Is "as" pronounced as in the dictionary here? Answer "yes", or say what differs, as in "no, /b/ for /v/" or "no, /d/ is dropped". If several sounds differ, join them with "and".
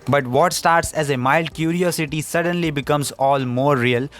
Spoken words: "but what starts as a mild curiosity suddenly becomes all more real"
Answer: yes